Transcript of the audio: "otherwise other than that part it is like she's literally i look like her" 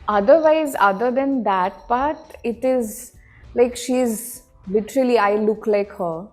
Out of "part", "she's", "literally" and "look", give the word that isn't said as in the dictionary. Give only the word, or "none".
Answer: part